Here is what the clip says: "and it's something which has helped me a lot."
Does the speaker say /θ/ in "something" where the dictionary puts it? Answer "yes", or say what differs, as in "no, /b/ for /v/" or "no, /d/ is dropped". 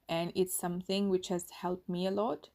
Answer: yes